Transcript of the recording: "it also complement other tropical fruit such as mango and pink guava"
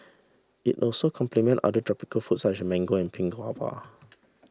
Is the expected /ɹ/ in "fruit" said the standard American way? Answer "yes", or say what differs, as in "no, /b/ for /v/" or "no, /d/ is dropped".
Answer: no, /ɹ/ is dropped